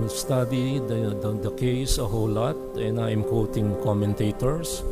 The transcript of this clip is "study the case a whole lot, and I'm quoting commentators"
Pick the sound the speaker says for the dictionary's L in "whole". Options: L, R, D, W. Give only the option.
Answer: W